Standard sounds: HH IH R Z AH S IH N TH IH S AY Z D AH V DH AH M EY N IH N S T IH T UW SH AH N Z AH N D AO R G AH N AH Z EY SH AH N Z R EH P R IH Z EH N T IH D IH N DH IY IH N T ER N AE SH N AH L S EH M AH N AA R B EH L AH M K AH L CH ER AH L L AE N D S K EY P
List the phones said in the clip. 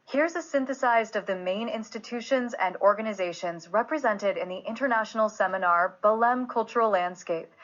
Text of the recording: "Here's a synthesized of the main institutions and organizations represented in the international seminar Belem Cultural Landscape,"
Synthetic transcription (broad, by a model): HH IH R Z AH S IH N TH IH S AY Z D AH V DH AH M EY N IH N S T IH T UW SH AH N Z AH N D AO R G AH N AH Z EY SH AH N Z R EH P R IH Z EH N T IH D IH N DH IY IH N T ER N AE SH N L S EH M AH N AA R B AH L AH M K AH L CH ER L L AE N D S K EY P